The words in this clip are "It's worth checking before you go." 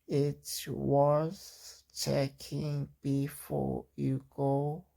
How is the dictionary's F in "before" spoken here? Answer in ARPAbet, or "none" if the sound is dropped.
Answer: F